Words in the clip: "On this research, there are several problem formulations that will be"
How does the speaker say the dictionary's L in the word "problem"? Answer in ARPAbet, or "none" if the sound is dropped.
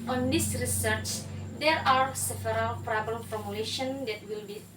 none